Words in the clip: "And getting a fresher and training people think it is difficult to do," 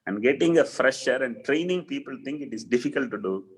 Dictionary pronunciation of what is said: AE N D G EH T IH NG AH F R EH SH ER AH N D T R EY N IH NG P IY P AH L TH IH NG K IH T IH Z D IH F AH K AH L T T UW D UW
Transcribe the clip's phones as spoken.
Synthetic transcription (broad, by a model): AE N D G EH T IH NG AH F R EH SH ER AH N D T R EY N IH NG P IY P AH L T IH NG K IH T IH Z D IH F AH K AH L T T UW D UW